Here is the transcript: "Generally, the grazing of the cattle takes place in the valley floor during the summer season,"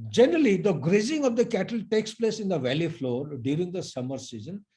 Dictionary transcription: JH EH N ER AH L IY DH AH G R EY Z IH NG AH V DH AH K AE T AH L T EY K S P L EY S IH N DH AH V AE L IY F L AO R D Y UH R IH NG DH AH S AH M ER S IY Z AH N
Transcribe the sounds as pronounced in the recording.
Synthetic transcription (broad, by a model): JH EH N ER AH L IY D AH G R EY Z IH NG AH V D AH K AE T AH L T EY K S P L EY S IH N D AH V AE L IY F L AO R D Y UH R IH NG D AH S AH M ER S IY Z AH N